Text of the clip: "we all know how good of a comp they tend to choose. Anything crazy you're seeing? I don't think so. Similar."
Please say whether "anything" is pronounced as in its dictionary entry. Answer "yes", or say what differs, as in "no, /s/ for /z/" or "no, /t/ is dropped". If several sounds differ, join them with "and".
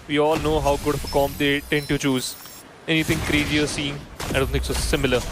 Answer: no, /t/ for /θ/